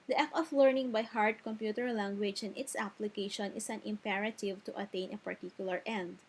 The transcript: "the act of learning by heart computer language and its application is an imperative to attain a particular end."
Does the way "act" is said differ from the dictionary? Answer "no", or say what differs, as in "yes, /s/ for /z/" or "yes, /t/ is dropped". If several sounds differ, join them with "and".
yes, /t/ is dropped